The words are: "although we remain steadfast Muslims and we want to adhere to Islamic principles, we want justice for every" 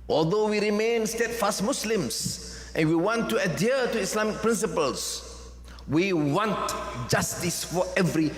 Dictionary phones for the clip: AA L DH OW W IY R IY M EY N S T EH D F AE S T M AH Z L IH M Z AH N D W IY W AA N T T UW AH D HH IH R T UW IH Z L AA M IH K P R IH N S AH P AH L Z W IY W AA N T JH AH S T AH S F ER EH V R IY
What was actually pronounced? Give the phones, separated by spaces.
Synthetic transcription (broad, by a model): AA L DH OW W IY R IY M EY N S T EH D F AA S T M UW S L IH M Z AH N W IY W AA N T T UW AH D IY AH T UW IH S L AA M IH K P R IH N S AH P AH L S W IY W AA N T JH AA S T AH S F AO EH V R IY